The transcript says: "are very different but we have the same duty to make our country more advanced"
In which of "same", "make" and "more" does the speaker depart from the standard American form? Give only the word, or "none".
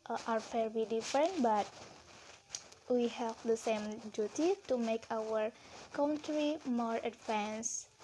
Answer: none